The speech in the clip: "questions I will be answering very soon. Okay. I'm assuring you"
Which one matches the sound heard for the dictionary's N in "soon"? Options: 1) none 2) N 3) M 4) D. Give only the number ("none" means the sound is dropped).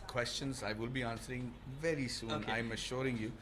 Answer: 1